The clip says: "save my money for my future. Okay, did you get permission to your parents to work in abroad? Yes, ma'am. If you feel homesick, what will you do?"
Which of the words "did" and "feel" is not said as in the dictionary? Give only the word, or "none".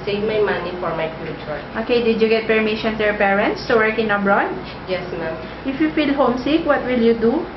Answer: none